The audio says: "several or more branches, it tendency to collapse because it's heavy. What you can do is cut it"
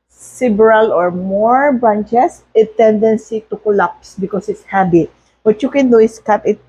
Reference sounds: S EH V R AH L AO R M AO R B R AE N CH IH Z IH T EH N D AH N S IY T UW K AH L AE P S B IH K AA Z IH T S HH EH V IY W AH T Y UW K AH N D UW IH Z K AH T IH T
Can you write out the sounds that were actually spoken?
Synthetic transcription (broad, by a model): S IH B R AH L AO R M AO R B AA N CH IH S IH T EH N D AH N S IY T UW K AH L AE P S B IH K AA S IH T S HH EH B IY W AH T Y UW K AH N D UW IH S K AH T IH T